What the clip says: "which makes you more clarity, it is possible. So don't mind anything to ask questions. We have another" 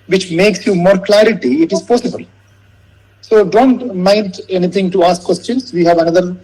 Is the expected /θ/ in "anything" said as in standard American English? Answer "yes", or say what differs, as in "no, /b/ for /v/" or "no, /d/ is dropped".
no, /t/ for /θ/